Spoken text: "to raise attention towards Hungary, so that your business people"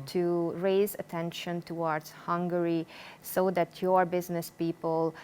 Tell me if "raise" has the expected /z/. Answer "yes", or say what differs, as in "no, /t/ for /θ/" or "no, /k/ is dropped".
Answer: yes